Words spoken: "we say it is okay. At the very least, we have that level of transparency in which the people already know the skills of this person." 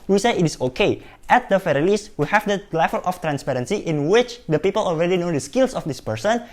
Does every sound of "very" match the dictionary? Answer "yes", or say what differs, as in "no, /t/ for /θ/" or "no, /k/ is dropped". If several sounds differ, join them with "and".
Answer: no, /f/ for /v/